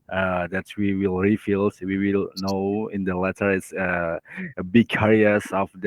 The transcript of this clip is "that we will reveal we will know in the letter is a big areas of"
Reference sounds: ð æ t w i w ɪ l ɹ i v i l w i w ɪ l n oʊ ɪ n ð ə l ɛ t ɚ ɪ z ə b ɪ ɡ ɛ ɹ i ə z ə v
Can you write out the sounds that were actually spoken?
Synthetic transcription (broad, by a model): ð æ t w i w ɪ l ɹ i f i l w i w ɪ l n oʊ ɪ n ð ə l ɛ t ɚ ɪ s ə b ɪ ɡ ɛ ɹ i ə s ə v